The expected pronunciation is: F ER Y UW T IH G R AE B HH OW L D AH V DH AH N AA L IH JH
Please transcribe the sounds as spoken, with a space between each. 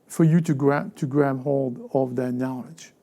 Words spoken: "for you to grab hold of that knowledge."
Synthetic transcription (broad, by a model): F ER Y UW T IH G R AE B HH OW L D AH V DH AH N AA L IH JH